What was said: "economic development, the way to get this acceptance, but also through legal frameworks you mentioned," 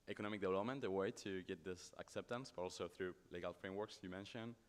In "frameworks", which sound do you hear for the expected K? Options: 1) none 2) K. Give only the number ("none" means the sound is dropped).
2